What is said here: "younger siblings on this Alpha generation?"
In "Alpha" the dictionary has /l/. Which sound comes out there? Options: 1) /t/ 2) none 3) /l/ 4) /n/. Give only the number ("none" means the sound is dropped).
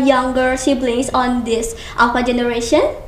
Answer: 2